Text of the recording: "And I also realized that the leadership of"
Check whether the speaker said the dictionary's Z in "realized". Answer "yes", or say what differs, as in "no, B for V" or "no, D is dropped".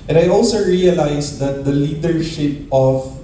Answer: no, S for Z